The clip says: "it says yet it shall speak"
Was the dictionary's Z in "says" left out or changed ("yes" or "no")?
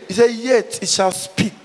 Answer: yes